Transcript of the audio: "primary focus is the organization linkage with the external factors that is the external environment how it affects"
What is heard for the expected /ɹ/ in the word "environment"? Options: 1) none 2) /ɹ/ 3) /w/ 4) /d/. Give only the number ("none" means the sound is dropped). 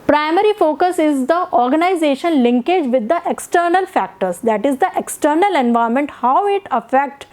1